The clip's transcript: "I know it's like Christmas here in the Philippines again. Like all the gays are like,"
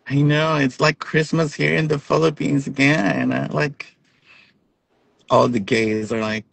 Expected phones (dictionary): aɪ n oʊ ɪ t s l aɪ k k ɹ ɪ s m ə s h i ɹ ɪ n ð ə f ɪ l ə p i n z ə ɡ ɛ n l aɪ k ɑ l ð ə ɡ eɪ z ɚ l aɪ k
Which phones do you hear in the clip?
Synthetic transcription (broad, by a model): aɪ n oʊ ɪ t s l aɪ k k ɹ ɪ s m ə s h i ɹ ɪ n ð ə f ɪ l ə p i n z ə ɡ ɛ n l aɪ k ɑ l ð ə ɡ eɪ z ɚ l aɪ k